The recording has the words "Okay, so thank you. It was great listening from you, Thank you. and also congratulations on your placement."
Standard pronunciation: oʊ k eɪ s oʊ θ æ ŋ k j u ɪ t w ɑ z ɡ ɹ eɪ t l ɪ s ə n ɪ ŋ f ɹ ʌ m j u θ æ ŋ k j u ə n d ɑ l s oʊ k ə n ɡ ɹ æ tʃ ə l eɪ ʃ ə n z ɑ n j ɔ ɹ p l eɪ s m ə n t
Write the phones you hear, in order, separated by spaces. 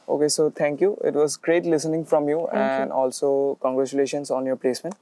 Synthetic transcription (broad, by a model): oʊ k eɪ s oʊ t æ ŋ k j u ɪ t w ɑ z ɡ ɹ eɪ t l ɪ s ə n ɪ ŋ f ɹ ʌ m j j u ə n d ɑ l s oʊ k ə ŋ ɡ ɹ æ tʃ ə l eɪ ʃ ə n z ɑ n j ɔ ɹ p l eɪ s m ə n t